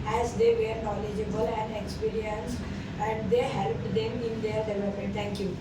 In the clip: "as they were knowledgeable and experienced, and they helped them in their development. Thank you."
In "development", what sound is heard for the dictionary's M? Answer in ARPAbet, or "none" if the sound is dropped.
none